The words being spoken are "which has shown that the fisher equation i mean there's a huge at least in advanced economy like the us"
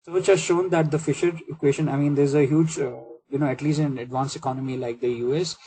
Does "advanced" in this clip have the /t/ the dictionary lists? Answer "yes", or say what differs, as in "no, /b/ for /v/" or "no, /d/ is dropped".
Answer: no, /t/ is dropped